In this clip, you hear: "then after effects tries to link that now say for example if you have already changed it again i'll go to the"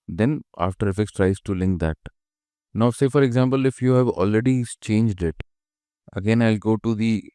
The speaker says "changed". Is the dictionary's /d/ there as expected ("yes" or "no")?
yes